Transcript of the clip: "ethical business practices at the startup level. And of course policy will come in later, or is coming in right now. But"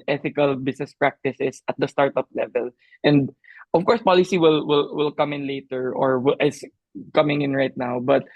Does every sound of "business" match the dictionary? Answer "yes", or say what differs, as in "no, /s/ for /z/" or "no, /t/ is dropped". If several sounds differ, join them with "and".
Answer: no, /s/ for /z/